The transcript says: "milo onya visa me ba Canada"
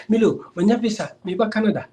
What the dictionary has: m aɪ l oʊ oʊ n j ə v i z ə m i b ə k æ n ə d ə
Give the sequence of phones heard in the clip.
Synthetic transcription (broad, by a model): m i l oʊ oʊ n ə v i s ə m i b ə k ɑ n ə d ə